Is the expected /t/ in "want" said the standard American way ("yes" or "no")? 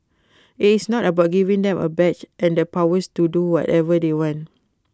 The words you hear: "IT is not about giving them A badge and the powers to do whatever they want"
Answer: yes